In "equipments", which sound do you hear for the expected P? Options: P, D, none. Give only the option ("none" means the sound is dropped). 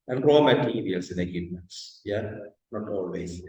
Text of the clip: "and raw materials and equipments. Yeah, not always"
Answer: none